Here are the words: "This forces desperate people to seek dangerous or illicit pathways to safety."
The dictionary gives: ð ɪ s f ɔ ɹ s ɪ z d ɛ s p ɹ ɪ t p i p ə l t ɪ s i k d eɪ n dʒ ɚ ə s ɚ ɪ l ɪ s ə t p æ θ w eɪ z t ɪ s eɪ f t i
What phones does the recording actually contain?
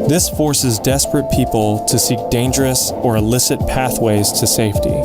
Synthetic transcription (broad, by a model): ð ɪ s f ɔ ɹ s ɪ z d ɛ s p ɹ ɪ t p i p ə l t ɪ s i k d eɪ n dʒ ɚ ə s ɚ ɪ l ɪ s ə t p æ θ w eɪ z t ɪ s eɪ f t i